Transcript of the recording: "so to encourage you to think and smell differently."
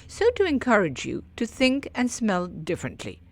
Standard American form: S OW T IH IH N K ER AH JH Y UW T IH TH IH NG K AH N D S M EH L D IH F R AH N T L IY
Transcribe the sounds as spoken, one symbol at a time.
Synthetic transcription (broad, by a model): S OW T IH IH N K ER AH JH Y UW T IH TH IH NG K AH N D S M EH L D IH F R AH N T L IY